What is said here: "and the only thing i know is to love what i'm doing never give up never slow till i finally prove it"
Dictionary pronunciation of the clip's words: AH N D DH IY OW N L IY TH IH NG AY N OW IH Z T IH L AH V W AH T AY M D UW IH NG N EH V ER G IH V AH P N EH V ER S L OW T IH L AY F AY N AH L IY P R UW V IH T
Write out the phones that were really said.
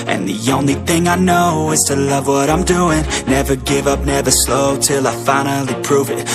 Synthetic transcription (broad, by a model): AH N DH IY OW N L IY TH IH NG AY N OW IH Z T IH L AH V W AH T AY M D UW IH NG N EH V ER G IH V AH P N EH V ER S L OW T IH L AY F AY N L IY P R UW V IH T